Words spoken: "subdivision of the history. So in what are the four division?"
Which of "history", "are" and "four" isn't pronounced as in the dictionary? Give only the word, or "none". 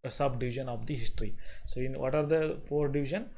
four